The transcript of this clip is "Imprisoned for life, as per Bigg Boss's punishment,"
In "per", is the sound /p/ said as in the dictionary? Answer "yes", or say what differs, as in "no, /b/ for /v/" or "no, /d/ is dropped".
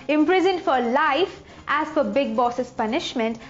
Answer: no, /f/ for /p/